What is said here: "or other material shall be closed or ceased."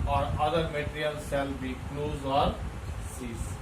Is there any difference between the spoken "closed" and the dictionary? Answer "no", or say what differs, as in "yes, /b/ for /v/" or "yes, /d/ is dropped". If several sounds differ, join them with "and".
yes, /d/ is dropped